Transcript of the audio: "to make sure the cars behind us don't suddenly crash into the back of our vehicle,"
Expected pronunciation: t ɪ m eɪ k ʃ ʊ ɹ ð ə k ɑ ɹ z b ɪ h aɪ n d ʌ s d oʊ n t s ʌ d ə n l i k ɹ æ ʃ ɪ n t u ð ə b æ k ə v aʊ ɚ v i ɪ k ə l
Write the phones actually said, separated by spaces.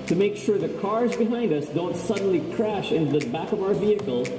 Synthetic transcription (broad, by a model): t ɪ m eɪ k ʃ ʊ ɹ ð ə k ɑ ɹ z b ɪ h aɪ n d ʌ s d oʊ n t s ʌ d n l i k ɹ æ ʃ ɪ n t u ð ə b æ k ə v aʊ ɚ v i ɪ k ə l